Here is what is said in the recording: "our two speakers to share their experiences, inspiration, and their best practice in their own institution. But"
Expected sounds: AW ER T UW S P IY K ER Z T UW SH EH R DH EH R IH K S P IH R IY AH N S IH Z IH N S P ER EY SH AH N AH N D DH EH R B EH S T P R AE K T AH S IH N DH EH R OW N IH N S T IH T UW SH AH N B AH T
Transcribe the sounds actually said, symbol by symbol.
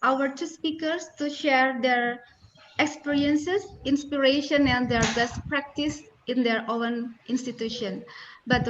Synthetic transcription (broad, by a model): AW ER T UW S P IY K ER S T UW SH EH R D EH R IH K S P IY R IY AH N S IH S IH N S P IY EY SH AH N AH N D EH R B EH S T P R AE K T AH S IH N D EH R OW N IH N S T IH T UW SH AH N B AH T